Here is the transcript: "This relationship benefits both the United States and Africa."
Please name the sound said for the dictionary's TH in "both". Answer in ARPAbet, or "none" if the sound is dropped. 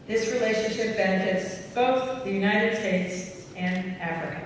TH